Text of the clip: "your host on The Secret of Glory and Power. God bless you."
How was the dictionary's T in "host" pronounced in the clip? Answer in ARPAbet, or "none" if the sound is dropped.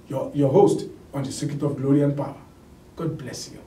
T